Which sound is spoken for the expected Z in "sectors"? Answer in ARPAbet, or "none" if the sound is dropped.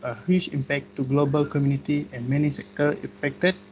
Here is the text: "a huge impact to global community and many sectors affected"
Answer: none